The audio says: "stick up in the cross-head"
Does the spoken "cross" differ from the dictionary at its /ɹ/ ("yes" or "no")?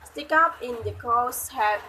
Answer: yes